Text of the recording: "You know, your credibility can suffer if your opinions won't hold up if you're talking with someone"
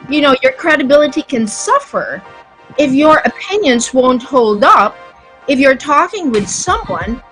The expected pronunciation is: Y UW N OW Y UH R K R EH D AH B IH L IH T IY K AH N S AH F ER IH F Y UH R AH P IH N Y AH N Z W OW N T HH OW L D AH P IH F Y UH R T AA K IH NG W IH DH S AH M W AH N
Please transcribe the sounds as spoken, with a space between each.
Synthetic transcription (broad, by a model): Y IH N OW Y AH R K R EH D AH B IH L IH T IY K AH N S AH F ER IH F Y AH R AH P IH N Y AH N Z W OW N T HH OW L D AH P IH F Y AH R T AA K IH NG W IH DH S AH M W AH N